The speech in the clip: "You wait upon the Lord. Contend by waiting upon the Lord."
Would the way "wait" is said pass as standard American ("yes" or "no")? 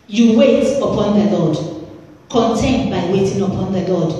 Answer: yes